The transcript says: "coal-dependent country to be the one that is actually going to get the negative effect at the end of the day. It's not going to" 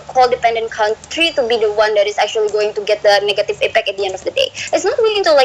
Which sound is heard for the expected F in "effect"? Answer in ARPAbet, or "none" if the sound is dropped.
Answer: P